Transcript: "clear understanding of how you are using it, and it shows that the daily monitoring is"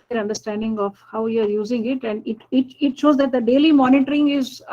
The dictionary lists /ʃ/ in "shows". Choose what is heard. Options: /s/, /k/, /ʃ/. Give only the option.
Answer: /ʃ/